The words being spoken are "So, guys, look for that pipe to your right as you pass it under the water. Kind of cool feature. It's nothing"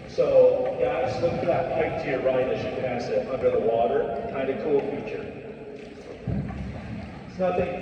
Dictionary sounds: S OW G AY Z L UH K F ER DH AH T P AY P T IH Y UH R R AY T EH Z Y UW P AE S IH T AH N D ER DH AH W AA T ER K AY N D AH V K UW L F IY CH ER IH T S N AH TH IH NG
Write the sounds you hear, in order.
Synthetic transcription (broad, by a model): S OW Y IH S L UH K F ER DH AH T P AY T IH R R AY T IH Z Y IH P AE S IH T AH N D ER DH AH W AA T ER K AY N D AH K UW L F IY CH ER IH T S N AH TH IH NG